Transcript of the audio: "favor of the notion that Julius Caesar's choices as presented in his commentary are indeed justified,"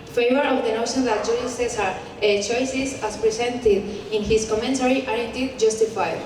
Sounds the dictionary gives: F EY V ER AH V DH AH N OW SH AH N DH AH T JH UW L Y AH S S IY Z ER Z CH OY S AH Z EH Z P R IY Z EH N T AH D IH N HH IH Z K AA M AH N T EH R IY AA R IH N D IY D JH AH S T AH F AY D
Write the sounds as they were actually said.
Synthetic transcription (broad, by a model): F EY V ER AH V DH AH N OW SH AH N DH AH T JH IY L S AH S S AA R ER CH OY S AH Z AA S P R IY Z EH N T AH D IH N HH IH S K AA M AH N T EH R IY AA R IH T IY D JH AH S T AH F AY